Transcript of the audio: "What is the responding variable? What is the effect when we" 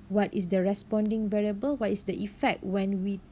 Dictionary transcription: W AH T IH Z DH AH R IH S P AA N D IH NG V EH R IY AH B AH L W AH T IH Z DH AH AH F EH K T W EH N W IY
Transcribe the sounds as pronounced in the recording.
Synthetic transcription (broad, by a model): W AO T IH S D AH R IH S P AA N D IH NG V EH R IY AH B AH L W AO T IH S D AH AH F EH K T W EH N W IY